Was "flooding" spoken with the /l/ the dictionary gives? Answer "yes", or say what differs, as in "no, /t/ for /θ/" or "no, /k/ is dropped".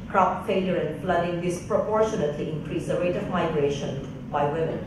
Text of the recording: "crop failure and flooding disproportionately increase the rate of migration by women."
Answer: yes